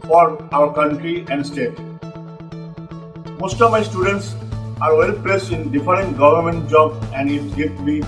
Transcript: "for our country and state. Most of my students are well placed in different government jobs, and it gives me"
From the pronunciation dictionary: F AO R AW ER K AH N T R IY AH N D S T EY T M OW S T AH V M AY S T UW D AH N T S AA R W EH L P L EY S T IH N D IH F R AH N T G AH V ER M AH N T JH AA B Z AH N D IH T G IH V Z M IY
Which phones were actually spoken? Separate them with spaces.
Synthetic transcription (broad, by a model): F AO R AW ER K AH N T R IY AH N D S T EY T M OW S T AH V M AY S T UW D AH N T S AA R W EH L P L EY S T IH N D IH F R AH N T G AH V ER M AH N T JH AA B AH N D IH T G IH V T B IY